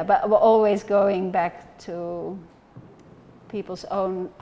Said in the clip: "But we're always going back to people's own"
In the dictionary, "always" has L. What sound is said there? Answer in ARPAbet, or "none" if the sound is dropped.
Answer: L